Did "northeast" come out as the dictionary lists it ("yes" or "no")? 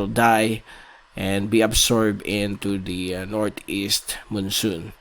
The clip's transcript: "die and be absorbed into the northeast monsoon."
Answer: no